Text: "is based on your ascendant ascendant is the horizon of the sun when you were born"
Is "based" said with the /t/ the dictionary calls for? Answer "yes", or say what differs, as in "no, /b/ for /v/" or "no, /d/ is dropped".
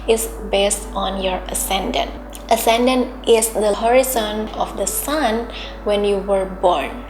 yes